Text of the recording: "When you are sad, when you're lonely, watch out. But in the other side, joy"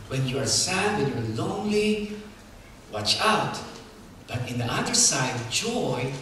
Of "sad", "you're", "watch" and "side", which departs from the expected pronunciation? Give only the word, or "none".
you're